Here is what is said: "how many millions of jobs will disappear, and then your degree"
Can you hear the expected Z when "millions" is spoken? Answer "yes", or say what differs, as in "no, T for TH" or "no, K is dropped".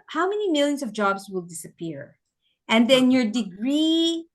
no, S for Z